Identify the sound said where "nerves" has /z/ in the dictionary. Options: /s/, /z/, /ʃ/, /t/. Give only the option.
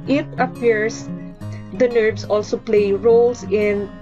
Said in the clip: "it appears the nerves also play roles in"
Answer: /s/